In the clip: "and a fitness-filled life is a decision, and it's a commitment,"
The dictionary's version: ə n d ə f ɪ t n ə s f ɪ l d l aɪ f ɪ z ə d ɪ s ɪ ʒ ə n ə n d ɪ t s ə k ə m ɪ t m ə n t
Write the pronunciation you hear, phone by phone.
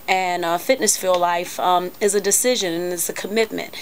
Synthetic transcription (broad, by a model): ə n ə f ɪ t n ə s f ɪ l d l aɪ f ɪ z ə d ɪ s ɪ ʒ ə n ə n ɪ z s ə k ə m ɪ t m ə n t